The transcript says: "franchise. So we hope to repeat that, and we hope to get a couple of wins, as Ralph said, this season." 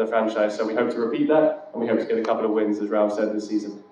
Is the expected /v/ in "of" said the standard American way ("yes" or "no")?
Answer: yes